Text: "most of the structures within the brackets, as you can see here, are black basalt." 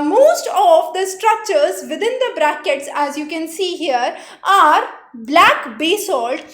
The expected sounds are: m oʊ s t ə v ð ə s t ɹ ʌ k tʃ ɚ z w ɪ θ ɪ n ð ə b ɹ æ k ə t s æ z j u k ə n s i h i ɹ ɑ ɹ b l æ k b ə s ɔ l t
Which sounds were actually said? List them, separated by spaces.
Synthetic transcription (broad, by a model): m oʊ s t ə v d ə s t ɹ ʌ k tʃ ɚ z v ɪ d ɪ n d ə b ɹ æ k ə t s æ z j u k ə n s i h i ɹ ɑ ɹ b l æ k b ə s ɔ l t